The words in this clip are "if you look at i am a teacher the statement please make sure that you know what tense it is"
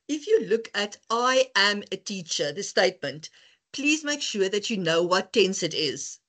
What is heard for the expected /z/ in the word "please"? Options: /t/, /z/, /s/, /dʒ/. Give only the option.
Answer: /z/